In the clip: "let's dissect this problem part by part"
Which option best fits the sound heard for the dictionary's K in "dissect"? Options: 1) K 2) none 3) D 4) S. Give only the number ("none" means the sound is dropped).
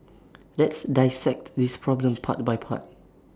1